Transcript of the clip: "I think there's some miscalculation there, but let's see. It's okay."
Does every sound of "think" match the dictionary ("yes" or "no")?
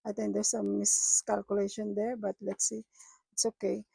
no